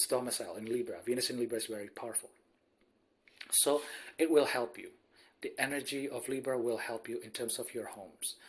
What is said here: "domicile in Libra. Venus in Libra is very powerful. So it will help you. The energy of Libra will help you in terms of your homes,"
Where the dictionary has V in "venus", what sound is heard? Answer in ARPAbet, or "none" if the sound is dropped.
V